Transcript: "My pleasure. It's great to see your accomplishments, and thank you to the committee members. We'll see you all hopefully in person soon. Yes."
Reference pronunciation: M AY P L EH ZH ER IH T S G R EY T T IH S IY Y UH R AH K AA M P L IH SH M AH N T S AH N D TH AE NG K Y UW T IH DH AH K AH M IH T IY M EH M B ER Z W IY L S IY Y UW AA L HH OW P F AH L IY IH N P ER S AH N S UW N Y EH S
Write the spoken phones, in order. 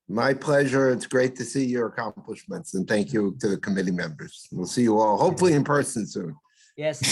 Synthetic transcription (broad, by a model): M AY P L EH ZH ER IH T S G R EY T T IH S IY Y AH R AH K AA M P L IH SH M AH N T S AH N TH AE NG K Y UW T IH DH AH K AH M IH T IY M EH M B ER Z W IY L S IY Y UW AA L HH OW P F L IY IH N P ER S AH N S UW N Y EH